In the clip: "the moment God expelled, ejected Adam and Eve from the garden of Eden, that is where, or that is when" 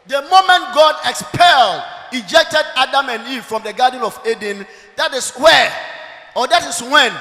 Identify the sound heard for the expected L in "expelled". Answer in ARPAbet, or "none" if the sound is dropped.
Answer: L